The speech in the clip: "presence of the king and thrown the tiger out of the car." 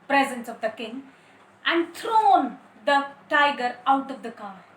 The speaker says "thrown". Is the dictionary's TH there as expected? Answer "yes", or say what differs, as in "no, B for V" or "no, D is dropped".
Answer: no, T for TH